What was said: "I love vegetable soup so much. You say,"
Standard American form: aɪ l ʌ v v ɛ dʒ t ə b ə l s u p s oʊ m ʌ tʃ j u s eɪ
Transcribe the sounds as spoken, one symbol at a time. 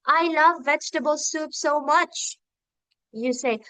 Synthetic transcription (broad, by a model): aɪ l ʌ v v ɛ dʒ t ə b ə l s u p s oʊ m ʌ tʃ j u s eɪ